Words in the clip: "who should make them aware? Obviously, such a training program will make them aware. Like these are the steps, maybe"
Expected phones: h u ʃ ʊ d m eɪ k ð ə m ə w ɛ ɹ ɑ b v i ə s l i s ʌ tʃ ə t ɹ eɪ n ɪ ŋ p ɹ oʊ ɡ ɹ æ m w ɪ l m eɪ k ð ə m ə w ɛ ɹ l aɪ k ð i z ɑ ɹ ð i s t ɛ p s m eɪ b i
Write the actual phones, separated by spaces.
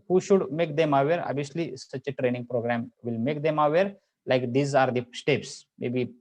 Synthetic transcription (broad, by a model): h u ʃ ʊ d m eɪ k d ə m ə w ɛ ɹ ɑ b i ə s l i s ʌ tʃ ə t ɹ eɪ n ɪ ŋ p ɹ oʊ ɡ ɹ æ m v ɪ l m eɪ k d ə m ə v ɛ ɹ l aɪ k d i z ɑ ɹ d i s t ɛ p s m eɪ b i